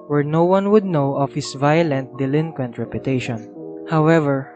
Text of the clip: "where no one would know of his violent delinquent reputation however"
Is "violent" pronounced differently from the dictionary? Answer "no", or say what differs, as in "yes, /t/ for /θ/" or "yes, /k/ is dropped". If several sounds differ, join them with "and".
no